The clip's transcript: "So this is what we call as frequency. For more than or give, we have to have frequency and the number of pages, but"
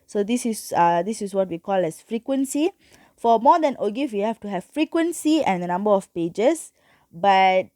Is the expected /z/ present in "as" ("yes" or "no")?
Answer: no